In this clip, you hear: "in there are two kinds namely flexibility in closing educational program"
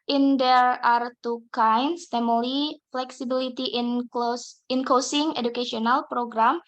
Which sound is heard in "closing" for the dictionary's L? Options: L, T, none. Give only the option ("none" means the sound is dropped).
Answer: none